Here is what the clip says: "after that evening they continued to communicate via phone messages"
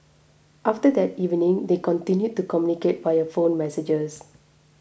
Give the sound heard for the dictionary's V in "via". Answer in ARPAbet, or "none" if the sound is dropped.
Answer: B